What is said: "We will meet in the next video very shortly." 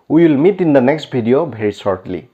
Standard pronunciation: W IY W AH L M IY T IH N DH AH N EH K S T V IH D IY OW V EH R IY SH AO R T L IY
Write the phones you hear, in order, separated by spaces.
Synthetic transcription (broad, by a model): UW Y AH L M IY T IH N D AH N EH K S T B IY D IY OW B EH R IY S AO R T L IY